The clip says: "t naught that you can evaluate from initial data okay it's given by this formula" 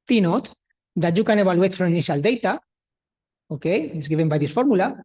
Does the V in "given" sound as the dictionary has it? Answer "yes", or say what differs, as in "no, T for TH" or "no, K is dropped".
no, B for V